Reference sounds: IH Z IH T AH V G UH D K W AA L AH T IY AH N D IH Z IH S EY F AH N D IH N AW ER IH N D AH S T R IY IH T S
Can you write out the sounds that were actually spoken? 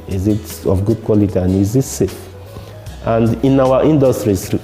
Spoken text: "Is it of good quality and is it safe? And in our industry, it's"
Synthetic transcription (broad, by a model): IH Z IH T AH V G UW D K W AA L AH T IY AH N IH Z IH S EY AH N D IH N AW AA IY N D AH S T R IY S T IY